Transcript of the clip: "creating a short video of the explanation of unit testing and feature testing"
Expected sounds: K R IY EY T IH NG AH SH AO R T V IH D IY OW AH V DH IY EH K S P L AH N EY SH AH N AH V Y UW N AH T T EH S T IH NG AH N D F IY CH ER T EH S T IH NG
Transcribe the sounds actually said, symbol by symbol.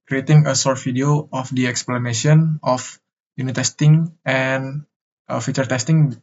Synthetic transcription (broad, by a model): K R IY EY T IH NG AH S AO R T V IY D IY OW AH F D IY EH K S P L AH N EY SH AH N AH F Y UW N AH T T EH S T IH NG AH N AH F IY CH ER T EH S T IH NG